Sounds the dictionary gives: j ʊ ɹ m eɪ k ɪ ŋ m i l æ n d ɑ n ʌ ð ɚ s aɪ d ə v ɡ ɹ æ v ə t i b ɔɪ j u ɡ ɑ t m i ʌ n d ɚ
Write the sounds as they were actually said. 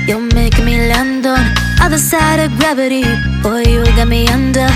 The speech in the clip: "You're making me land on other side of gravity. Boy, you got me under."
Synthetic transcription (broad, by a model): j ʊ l m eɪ ɪ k m i l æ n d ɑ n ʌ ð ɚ s aɪ d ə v ɡ ɹ æ v ə t i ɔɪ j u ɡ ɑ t m i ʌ n d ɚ